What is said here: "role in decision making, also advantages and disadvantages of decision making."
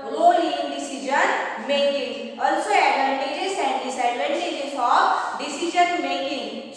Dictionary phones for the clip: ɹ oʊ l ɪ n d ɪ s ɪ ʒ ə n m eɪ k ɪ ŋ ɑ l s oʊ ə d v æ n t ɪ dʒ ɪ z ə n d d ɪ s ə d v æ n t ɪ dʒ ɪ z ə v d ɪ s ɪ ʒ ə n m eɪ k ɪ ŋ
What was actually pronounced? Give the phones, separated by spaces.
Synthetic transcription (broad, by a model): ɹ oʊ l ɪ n d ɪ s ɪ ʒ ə n m eɪ k ɪ ŋ ɑ l s oʊ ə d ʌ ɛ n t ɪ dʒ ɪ s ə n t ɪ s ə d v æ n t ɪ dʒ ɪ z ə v d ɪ s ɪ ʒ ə n m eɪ k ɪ ŋ